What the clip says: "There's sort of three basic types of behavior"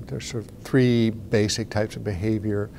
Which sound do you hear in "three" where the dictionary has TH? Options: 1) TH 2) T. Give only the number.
1